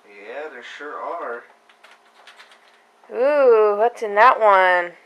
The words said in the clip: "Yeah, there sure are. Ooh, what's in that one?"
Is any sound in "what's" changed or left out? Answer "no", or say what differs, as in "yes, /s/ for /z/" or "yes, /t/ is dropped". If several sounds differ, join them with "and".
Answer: yes, /s/ is dropped